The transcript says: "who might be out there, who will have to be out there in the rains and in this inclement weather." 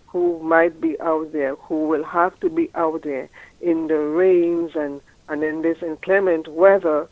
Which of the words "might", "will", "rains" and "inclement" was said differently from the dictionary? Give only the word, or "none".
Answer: none